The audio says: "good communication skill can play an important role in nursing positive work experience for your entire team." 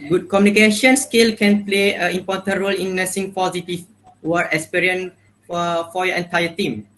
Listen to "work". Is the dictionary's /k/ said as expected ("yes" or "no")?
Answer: no